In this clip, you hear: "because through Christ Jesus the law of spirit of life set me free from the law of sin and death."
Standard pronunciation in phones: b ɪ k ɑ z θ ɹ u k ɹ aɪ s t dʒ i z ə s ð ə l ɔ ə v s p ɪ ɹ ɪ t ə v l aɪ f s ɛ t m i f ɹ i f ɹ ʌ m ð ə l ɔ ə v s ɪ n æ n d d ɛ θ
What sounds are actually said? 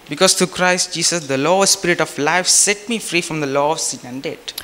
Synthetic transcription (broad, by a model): b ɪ k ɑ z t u k ɹ aɪ s t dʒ i s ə s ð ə l ɔ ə s p ɪ ɹ ɪ t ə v l aɪ f s ɛ t m i f ɹ i f ɹ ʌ m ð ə l ɔ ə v s ɪ n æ n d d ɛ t